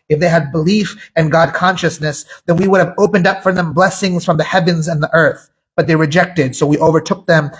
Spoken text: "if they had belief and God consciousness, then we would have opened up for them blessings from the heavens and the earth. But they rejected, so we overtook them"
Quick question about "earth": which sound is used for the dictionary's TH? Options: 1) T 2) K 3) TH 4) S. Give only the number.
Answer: 3